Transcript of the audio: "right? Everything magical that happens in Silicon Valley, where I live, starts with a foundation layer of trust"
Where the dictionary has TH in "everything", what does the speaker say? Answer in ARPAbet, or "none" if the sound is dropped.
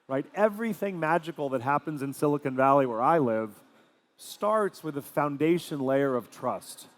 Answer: TH